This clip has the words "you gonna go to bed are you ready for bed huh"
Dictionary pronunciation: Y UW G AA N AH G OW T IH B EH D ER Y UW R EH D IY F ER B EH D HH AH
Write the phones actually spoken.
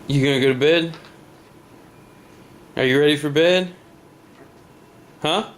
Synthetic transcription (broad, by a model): Y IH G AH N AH G OW T IH B EH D ER Y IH R EH D IY F ER B EH D HH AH